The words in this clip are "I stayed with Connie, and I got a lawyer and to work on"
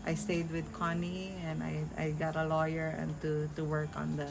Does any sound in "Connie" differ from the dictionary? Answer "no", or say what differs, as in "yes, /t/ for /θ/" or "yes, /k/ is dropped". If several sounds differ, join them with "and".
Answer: no